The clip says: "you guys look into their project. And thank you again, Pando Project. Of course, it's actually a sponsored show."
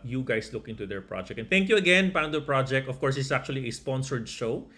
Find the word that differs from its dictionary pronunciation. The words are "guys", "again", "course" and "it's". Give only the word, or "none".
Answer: guys